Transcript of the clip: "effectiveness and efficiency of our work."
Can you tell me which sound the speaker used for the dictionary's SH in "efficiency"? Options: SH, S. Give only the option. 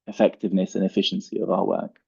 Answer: SH